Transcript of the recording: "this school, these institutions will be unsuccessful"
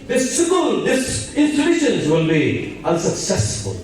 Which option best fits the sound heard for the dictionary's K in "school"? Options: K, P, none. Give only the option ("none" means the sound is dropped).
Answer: none